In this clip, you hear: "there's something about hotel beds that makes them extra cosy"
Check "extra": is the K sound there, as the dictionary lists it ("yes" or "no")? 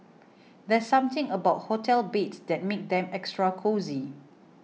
yes